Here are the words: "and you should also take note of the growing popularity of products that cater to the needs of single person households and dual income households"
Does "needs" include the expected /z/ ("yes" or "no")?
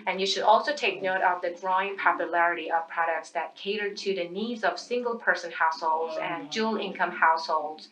yes